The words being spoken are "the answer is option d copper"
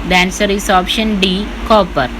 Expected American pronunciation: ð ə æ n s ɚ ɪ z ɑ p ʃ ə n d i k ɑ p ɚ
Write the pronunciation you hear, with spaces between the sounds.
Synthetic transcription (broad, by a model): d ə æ n s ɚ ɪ s ɑ p ʃ ə n d i k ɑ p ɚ